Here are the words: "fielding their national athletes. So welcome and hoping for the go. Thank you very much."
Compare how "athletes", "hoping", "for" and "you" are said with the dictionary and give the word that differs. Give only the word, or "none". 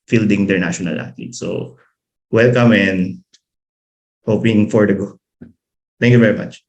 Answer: athletes